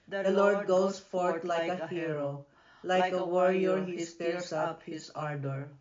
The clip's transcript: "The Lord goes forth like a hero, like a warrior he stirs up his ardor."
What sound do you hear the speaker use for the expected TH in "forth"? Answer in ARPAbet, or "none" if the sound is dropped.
T